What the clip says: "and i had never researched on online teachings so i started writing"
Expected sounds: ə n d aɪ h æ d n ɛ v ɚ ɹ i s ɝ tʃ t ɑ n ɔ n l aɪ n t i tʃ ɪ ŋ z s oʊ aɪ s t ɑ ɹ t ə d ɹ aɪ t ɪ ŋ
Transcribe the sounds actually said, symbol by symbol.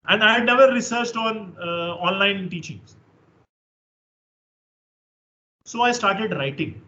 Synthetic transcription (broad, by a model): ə n d aɪ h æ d n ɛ v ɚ ɹ i s ɝ tʃ t ɑ n ɔ n l aɪ n t i tʃ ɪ ŋ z s oʊ aɪ s t ɑ ɹ t ə d ɹ aɪ t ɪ ŋ